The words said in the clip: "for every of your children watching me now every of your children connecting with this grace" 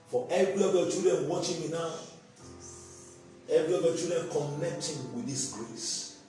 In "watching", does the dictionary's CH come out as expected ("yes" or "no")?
yes